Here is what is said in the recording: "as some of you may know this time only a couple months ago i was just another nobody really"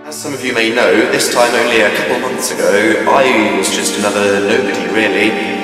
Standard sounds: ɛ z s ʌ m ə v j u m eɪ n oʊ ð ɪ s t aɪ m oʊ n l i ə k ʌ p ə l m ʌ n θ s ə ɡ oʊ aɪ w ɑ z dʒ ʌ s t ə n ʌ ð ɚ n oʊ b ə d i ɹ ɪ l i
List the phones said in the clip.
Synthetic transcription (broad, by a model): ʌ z s ʌ m ə v j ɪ m eɪ n oʊ ð ɪ s t aɪ m oʊ n l i ə k ʌ p l m ʌ n θ s ə ɡ oʊ aɪ w ɑ z dʒ ʌ s t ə n ʌ ð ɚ n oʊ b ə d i ɹ ɪ l i